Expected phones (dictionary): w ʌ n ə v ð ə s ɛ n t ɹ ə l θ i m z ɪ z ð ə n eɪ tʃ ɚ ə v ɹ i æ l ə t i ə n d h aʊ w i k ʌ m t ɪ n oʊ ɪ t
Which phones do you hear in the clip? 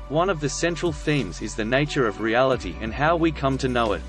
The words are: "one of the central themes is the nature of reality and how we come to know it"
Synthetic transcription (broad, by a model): w ʌ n ə v ð ə s ɛ n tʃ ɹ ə l θ i m z ɪ z ð ə n eɪ tʃ ɚ ə v ɹ i æ l ə t i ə n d h aʊ w i k ʌ m t ɪ n oʊ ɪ t